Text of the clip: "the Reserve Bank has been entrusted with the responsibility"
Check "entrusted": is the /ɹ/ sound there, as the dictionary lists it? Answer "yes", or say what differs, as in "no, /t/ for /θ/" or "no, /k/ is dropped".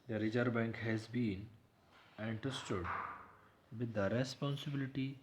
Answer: no, /ɹ/ is dropped